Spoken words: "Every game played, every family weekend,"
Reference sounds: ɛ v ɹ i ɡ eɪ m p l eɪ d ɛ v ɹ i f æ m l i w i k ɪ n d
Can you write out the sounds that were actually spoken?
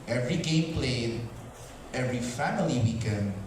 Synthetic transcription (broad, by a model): ɛ v ɹ i ɡ eɪ m p l eɪ d ɛ v ɹ i f æ m l i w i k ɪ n